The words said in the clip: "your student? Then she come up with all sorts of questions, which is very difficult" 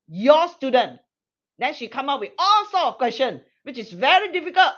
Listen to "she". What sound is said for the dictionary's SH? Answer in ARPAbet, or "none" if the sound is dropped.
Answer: SH